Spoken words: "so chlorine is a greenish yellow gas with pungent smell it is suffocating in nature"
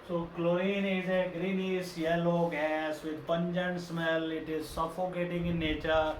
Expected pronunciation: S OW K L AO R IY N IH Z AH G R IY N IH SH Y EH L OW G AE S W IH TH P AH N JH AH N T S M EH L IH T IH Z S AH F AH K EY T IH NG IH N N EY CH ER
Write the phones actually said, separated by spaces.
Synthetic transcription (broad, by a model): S OW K L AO IY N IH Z AH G R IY N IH S Y EH L OW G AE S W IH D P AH N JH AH N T S M EH L IH T IH Z S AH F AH K EY T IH NG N N EY CH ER